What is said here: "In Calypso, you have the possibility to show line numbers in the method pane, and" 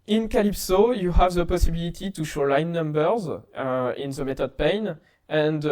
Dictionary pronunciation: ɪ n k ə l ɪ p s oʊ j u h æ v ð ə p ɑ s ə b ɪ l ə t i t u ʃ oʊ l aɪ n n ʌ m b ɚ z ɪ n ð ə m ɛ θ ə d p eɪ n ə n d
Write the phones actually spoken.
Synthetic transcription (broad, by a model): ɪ n k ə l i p s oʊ j u h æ v ð ə p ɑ s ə b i l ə t i t u ʃ oʊ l aɪ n n ʌ m b ɚ z ɪ n ð ə m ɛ t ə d p eɪ n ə n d